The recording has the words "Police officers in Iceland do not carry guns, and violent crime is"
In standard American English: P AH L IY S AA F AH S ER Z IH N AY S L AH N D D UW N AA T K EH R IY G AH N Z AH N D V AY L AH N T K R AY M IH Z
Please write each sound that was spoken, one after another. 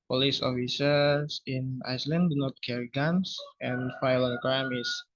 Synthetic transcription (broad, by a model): P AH L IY S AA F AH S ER S IH N AY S L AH N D D UW N AA T K EH R IY G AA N S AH N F AY L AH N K AY M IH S